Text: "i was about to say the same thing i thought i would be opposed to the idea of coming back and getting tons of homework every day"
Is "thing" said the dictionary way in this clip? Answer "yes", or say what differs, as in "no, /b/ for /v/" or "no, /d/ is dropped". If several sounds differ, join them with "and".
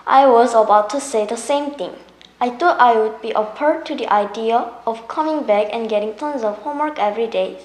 no, /t/ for /θ/